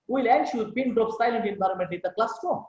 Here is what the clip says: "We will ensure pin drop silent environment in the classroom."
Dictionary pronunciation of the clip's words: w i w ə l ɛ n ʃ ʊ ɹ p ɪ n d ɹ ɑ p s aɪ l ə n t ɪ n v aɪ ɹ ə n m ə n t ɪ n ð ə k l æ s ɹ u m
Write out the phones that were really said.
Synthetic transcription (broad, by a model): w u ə l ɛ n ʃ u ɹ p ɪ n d ɹ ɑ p s aɪ l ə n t ɪ n v aɪ ɹ ə n m ə n t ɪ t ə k l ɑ s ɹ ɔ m